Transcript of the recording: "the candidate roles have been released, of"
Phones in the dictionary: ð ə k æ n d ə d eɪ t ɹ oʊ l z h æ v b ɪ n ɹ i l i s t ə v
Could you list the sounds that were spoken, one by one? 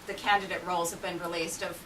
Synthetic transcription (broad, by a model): ð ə k æ n d ə d eɪ t ɹ oʊ l z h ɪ v b ɪ n ɹ i l i s t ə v